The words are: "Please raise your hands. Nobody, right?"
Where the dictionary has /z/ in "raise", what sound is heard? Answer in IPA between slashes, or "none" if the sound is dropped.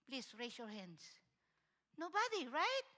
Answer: /s/